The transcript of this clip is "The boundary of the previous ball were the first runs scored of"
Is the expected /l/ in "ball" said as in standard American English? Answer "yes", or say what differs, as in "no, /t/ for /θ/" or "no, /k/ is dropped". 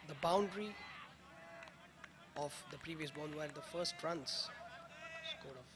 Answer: no, /n/ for /l/